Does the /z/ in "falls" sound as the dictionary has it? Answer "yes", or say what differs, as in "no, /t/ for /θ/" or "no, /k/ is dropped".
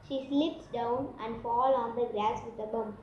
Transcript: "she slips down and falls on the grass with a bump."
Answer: no, /z/ is dropped